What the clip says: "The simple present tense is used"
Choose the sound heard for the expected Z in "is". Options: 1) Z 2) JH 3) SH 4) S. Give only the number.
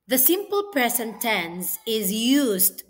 1